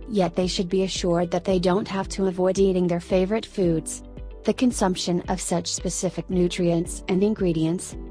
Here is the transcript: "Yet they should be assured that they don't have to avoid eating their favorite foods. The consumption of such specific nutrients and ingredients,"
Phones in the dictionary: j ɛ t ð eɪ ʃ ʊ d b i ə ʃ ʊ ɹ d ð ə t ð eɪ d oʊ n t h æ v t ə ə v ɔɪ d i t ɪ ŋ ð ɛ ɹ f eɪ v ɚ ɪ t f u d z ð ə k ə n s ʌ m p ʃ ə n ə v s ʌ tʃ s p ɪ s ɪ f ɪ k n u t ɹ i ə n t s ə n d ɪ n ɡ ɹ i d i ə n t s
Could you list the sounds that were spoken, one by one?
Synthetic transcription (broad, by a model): j ɛ t ð eɪ ʃ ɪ d b i ə ʃ ʊ ɹ d ð ə t ð eɪ d oʊ n t h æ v t ə ə v ɔɪ d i t ɪ ŋ ð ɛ ɹ f eɪ v ɚ ɪ t f u d z ð ə k ə n s ʌ m p ʃ ə n ə v s ʌ tʃ s p ɪ s ɪ f ɪ k n u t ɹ i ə n t s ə n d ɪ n ɡ ɹ i d i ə n t s